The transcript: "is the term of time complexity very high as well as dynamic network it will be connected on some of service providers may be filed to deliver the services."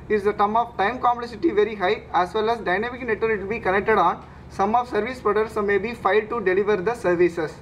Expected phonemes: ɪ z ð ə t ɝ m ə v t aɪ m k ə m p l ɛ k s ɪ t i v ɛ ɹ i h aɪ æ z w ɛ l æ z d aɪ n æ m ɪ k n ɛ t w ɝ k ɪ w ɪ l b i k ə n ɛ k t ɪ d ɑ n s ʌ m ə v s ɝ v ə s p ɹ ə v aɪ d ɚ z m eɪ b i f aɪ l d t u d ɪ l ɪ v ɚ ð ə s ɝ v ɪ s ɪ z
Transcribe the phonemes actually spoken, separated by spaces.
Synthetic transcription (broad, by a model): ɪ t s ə t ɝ m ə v t aɪ m k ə m p l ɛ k s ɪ t i v ɛ ɹ i h aɪ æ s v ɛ l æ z d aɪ n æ m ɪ k n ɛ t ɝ ɪ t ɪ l b i k ə n ɛ k t ɪ d ɑ n s ʌ m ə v s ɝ v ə s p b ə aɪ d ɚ s m eɪ b i f aɪ l d t u d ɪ l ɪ v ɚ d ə s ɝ v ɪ s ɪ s